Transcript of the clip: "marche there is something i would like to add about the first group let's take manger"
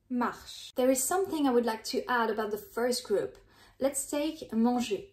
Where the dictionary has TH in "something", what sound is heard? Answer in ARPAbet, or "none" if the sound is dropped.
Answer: TH